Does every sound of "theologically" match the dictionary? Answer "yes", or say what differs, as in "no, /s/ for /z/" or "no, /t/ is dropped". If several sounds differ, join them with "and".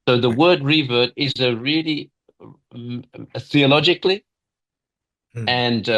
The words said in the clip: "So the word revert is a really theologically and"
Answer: yes